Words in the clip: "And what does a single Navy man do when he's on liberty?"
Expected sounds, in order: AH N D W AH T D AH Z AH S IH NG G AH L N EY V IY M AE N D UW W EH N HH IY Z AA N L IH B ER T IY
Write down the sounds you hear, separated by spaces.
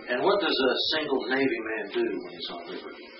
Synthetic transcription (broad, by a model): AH N W AH T D AH Z AH S IH NG G L N EY V IY M AE N D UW W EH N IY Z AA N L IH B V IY